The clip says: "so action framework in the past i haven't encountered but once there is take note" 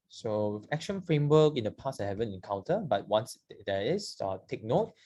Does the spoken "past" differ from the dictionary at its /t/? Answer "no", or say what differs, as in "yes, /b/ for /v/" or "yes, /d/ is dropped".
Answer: yes, /t/ is dropped